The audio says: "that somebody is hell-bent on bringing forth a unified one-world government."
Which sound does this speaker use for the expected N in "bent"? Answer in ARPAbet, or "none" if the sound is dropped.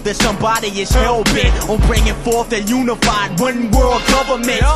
none